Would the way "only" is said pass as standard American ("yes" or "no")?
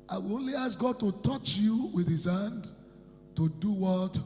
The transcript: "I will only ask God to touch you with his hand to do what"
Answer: yes